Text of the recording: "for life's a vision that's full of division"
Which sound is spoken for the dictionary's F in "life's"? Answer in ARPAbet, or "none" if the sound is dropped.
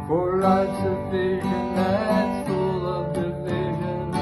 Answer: none